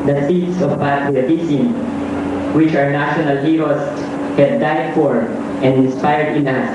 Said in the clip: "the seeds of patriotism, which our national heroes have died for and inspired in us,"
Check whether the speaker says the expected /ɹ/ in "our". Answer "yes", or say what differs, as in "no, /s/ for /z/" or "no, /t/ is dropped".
yes